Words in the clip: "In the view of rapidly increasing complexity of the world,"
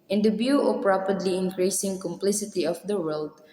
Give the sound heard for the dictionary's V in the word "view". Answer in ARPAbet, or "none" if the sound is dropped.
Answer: B